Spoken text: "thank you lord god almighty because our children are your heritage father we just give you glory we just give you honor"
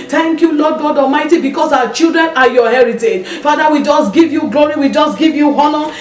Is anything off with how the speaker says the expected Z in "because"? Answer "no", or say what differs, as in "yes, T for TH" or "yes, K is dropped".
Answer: yes, S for Z